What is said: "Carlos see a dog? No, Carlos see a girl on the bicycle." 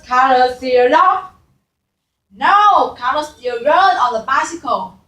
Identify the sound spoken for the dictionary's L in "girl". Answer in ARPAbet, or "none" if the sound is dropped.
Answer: N